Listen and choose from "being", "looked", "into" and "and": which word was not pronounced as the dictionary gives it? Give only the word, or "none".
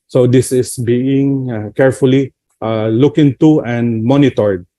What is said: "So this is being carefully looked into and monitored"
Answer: looked